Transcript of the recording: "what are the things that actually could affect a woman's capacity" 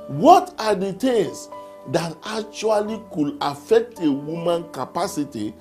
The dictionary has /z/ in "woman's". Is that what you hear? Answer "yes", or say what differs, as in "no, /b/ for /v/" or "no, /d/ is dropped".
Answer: no, /z/ is dropped